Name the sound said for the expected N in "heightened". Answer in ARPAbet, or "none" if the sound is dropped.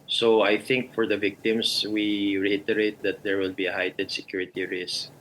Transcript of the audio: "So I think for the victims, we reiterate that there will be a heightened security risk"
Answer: none